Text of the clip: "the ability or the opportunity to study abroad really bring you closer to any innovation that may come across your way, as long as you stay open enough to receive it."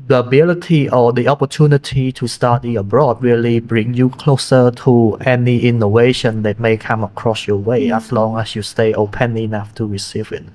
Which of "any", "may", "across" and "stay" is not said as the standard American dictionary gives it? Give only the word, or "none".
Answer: none